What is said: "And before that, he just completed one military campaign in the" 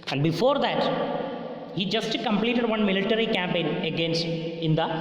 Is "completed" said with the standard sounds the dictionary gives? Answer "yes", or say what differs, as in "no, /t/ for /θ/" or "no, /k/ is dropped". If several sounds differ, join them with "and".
yes